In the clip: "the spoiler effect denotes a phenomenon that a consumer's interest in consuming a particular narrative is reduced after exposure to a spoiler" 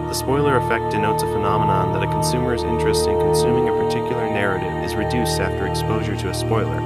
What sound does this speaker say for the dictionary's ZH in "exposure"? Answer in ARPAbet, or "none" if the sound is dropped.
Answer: ZH